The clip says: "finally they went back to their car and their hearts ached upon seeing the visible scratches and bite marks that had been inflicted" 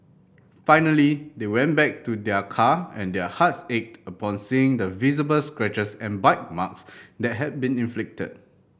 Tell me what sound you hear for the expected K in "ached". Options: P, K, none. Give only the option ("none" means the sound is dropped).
K